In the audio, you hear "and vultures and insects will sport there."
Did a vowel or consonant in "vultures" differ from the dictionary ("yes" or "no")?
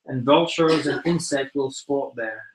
no